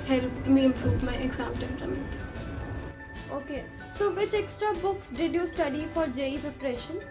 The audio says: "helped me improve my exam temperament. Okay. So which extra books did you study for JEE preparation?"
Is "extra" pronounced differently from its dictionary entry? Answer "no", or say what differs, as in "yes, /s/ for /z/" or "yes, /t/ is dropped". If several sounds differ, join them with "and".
no